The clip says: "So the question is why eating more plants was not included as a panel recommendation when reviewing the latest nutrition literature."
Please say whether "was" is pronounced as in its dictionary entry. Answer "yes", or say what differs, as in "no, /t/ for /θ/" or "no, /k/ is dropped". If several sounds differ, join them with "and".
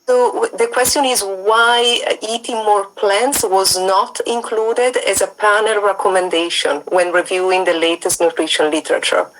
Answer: yes